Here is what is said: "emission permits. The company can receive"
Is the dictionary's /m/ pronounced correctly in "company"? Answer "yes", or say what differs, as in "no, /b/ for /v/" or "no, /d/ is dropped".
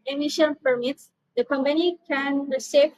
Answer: yes